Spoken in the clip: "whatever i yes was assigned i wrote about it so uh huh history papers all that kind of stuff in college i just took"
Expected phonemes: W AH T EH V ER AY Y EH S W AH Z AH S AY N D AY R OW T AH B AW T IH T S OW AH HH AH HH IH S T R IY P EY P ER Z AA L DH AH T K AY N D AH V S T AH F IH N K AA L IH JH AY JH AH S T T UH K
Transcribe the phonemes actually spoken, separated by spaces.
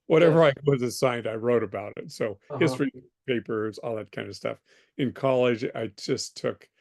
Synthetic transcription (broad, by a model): W AH T EH V ER AY W AH Z AH S AY N D AY R OW T AH B AW T IH T S OW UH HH HH IH S T R IY P EY P ER Z AA L DH AH T K AY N D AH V S T AH F IH N K AA L IH JH AY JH AH S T T UH K